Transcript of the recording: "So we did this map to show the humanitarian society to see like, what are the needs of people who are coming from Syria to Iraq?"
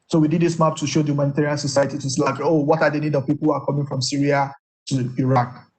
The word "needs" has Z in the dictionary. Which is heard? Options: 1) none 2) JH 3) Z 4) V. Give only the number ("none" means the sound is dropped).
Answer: 1